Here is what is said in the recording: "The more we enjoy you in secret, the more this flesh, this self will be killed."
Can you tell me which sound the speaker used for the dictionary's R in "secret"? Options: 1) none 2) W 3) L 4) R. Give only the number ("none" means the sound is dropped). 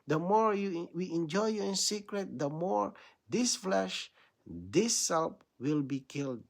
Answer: 4